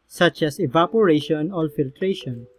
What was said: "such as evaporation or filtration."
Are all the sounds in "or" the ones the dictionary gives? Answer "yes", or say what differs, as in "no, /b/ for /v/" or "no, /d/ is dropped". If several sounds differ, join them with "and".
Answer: no, /l/ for /ɹ/